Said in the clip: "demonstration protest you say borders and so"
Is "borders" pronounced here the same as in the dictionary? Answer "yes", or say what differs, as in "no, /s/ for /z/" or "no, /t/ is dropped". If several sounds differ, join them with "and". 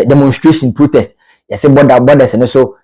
no, /s/ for /z/